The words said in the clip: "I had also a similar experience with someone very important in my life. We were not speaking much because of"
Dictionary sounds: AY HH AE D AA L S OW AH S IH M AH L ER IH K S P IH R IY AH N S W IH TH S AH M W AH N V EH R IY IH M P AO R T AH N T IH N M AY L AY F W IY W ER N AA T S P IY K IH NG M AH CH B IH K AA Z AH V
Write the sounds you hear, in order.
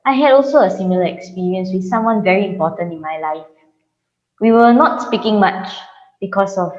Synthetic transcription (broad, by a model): AY HH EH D AA L S OW AH S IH M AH L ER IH K S P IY R IY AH N S W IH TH S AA M W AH N V EH R IY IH M P AO T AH N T IH N M AY L AY F W IY W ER N AA T S P IY K IH NG M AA CH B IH K AA S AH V